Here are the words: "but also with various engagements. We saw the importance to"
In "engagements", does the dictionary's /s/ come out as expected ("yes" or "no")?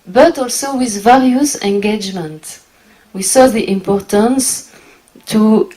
no